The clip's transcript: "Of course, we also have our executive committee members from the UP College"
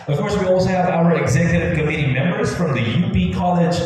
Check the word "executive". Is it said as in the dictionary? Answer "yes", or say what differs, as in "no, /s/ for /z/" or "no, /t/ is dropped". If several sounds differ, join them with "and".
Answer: yes